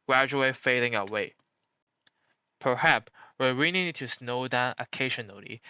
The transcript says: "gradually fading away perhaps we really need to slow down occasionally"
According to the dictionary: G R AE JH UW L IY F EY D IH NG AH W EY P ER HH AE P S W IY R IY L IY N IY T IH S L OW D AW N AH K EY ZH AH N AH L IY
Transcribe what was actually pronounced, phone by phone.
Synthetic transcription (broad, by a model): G R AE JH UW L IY F EY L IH NG AH W EY P ER HH AE P S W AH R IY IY N IY T IH S N OW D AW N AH K EY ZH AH N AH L IY